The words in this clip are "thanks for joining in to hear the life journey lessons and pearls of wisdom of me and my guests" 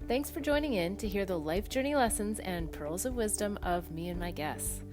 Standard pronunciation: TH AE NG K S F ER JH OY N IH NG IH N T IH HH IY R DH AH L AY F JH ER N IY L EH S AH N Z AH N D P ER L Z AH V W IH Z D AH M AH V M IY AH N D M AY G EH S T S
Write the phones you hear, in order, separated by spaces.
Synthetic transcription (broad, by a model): TH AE NG K S F ER JH OY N IH NG IH N T IH HH IY R DH AH L AY F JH ER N IY L EH S AH N Z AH N P ER L Z AH V W IH Z D AH M AH V M IY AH N M AY G EH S S